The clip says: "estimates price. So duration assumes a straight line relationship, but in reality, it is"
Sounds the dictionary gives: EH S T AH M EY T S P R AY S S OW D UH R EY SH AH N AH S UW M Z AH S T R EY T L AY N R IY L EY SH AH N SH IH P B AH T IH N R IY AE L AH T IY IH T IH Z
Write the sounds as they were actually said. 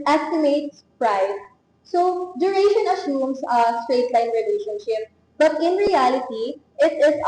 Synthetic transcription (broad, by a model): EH S T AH M EY T S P R AY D S OW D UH R EY SH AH N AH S UW M S AH S T R EY T L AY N R IY L EY SH AH N SH IH P B AH T IH N R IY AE L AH T IY IH T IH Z